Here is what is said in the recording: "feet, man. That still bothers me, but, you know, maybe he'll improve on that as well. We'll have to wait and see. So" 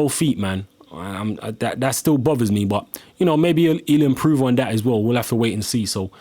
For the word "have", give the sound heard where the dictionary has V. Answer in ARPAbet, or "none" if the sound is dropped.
F